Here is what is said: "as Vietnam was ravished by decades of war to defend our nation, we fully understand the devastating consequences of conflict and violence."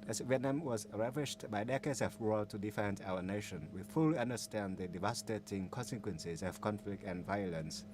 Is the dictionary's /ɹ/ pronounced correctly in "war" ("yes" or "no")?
no